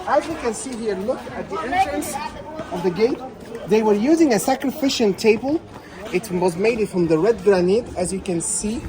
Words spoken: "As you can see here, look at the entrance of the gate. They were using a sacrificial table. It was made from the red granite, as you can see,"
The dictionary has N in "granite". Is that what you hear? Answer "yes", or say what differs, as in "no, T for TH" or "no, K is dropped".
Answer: yes